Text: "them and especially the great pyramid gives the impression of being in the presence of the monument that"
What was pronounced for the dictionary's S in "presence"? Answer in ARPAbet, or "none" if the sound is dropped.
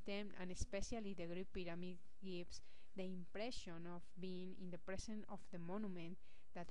none